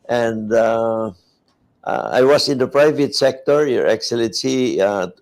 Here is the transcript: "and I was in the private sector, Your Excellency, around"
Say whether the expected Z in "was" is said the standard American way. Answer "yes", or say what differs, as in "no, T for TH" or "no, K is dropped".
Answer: no, S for Z